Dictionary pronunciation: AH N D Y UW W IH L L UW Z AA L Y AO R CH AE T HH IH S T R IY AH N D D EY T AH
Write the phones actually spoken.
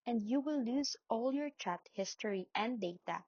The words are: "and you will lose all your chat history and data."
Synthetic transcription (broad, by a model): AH N D Y UW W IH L L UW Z AA L Y AO R CH AE T HH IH S T R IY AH N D D EY T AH